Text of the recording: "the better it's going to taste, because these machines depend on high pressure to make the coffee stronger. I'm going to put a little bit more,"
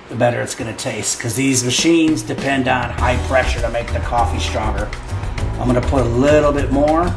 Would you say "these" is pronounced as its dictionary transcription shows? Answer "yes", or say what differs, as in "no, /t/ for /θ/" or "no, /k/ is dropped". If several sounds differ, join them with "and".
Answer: yes